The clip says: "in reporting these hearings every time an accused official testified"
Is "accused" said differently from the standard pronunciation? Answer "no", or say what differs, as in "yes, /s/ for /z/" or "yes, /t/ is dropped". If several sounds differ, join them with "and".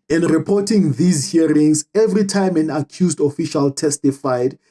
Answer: no